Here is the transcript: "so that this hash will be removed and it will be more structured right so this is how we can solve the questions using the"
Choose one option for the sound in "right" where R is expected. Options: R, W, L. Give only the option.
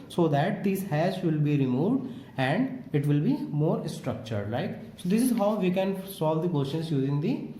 L